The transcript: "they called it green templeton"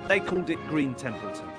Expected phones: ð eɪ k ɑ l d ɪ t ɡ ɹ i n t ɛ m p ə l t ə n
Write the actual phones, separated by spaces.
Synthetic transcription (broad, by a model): ð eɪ k ɑ l d ɪ t ɡ ɹ i n t ɛ m p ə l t